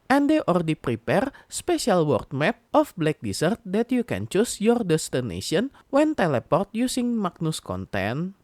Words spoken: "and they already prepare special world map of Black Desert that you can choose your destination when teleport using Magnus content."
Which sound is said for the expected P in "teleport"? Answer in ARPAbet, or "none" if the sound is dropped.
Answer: P